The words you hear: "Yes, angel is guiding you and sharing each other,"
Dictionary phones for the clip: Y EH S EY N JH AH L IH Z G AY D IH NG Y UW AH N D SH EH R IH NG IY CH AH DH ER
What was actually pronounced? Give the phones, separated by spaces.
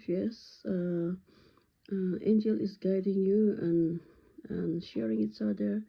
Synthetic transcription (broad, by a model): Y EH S EY N JH AH L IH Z G AY D IH NG Y UW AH N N SH EH R IH NG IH S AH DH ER